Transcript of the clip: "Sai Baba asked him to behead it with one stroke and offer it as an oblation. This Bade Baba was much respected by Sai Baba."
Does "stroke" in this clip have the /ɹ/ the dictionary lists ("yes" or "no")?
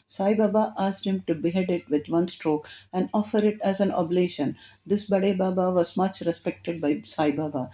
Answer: yes